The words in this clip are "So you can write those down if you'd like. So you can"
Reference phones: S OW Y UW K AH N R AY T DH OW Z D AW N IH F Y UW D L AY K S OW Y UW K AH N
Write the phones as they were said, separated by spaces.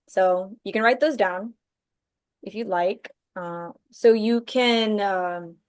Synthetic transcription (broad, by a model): S OW Y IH K AH N R AY T DH OW Z D AW N IH F Y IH L AY K S OW Y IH K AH N